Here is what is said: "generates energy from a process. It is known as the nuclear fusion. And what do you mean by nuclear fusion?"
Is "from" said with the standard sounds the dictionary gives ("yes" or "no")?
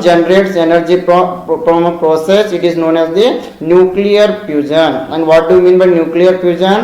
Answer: no